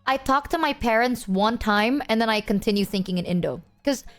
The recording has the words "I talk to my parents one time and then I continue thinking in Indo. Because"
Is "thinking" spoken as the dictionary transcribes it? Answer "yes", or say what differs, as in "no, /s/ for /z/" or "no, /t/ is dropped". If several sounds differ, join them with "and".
yes